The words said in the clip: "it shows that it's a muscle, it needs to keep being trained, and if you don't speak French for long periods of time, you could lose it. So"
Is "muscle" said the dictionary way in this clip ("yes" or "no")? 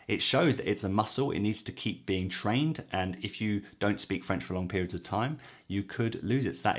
yes